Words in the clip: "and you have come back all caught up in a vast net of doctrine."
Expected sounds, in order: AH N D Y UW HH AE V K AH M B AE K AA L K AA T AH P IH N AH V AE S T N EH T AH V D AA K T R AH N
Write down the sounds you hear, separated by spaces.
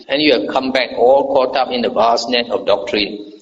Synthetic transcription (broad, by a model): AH N Y UW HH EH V K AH M B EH K AA L K AA T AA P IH N AH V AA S N EH T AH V D AA K T R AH N